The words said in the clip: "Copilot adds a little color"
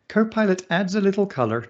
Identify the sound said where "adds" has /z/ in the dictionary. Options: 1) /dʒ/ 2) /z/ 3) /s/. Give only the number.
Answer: 2